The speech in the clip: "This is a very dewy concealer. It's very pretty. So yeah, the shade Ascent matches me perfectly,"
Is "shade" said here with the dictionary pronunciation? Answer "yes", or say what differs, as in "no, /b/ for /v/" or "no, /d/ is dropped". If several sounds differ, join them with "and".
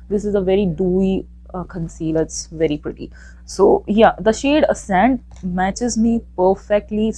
yes